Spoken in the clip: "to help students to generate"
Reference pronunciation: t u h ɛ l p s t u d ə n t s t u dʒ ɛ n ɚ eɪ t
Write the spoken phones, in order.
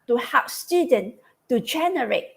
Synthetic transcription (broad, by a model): t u h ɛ p s t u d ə n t t u dʒ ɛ n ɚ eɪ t